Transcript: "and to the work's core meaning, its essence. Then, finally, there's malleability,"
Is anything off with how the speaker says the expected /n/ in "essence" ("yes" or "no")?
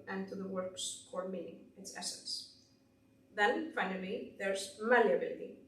no